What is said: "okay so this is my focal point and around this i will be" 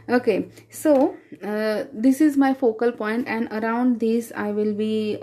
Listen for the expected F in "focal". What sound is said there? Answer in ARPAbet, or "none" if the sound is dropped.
F